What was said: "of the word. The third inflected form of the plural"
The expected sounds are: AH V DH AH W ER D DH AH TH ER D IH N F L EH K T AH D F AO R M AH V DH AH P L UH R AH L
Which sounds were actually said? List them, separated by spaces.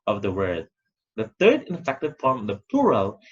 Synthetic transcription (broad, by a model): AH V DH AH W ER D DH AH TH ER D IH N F EH K T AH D F R AH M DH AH P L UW R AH L